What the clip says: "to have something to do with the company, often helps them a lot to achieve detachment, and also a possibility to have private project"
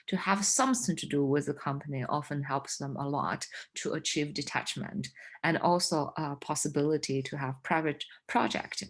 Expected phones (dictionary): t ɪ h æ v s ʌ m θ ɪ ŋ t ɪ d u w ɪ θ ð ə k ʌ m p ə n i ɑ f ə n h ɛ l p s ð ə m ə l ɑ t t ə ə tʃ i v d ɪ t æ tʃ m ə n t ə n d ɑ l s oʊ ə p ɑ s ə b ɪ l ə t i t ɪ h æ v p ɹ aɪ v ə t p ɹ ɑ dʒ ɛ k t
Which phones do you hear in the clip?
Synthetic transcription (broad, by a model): t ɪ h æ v s ʌ m θ ɪ ŋ t ɪ d u w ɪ ð ə k ʌ m p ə n i ɑ f ə n h ɛ l p s ð ə m ə l ɑ t t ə ə tʃ i v d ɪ t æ tʃ m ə n t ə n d ɑ l s oʊ ə p ɑ s ə b ɪ l ə t i t ɪ h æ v p ɹ aɪ v ə t p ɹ ɑ dʒ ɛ k t